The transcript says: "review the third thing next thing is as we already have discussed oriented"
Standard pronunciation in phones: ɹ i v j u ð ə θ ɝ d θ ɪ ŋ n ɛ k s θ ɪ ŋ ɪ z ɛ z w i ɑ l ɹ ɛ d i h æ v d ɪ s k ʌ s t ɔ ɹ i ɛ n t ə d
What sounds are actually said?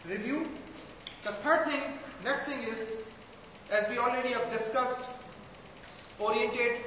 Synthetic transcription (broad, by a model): ɹ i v j u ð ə t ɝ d t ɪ ŋ n ɛ k s t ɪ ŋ ɪ z ɛ z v i ɑ l ɹ ɛ d i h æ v d ɪ s k ʌ s t ɔ ɹ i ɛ n t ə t